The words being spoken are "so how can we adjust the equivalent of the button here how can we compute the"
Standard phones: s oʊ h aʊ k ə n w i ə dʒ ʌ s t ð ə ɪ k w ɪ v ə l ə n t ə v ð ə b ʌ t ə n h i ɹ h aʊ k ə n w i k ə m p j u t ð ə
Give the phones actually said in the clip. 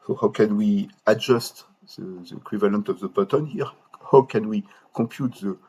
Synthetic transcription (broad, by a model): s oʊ h aʊ k ə n w i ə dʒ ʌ s t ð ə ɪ k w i v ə l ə n t ə v ð ə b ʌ t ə n h i ɹ h aʊ k ə n w i k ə p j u t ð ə